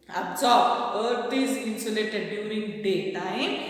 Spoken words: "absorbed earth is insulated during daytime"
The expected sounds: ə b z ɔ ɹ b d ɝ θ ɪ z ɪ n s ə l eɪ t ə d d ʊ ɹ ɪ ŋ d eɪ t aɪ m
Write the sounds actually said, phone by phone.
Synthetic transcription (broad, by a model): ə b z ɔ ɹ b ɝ t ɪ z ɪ n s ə l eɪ t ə d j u ɹ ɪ ŋ d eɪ t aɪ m